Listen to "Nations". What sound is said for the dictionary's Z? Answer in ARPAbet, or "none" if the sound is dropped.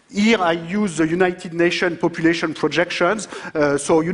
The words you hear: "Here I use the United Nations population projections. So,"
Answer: none